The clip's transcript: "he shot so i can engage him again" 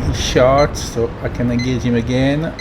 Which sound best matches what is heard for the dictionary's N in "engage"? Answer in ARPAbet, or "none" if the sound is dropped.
none